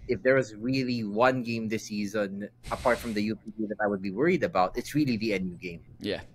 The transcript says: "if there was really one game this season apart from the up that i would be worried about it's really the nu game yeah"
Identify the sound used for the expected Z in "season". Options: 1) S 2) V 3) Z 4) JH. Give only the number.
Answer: 3